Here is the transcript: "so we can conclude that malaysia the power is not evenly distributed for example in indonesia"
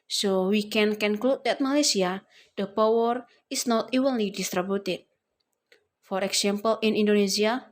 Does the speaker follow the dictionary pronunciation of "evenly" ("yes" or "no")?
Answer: no